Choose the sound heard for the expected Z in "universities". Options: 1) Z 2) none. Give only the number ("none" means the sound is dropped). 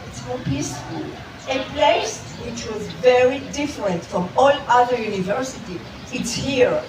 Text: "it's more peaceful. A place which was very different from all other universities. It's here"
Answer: 2